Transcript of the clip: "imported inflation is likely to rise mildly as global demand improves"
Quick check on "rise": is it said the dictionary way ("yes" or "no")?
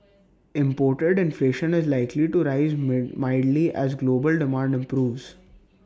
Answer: yes